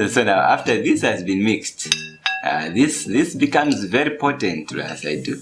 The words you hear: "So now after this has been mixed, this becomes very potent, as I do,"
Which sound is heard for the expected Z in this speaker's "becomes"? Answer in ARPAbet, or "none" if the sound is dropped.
Z